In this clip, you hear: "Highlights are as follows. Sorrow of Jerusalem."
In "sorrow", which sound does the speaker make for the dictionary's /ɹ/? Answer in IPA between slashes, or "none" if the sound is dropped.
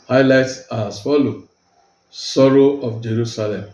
/ɹ/